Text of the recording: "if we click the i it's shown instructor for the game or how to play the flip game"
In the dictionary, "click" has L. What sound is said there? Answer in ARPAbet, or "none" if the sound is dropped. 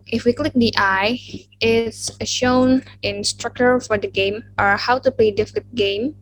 L